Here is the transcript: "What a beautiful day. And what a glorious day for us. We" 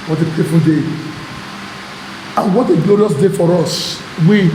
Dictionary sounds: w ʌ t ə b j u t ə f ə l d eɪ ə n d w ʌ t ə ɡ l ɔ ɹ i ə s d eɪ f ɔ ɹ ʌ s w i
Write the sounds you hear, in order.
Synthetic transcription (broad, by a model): w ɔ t ə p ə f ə n d eɪ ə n w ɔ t ə ɡ l ɔ ɹ i ə s d eɪ f ɔ ɹ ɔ s w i